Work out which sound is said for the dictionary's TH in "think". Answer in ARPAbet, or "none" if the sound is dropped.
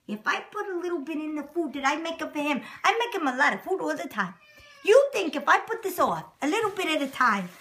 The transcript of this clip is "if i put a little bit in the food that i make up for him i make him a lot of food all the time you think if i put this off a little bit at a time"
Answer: TH